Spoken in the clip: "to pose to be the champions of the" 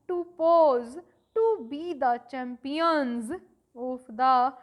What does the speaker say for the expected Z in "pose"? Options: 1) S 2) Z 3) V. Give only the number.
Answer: 2